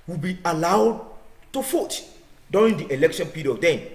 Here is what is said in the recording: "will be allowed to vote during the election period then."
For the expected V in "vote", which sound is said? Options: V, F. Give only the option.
F